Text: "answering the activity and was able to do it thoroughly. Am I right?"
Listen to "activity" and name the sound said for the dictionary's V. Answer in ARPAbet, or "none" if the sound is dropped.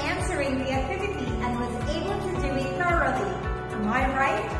V